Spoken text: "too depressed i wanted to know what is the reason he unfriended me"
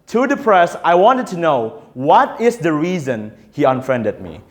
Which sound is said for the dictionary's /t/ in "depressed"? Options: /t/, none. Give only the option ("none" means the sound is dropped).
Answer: none